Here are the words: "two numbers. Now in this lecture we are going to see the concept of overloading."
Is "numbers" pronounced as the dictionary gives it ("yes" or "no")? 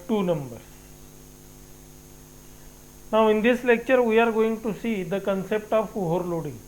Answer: no